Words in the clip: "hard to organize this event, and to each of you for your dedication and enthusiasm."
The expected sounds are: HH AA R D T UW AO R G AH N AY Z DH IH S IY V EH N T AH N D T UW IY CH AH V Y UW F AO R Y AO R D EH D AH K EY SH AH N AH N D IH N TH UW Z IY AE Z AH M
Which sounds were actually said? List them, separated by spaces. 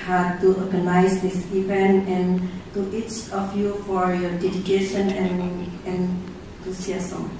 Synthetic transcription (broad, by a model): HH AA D T UW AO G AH N AY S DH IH S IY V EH N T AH N T UW IY CH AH F Y UW F AO R Y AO D EH D AH K EY SH AH N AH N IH N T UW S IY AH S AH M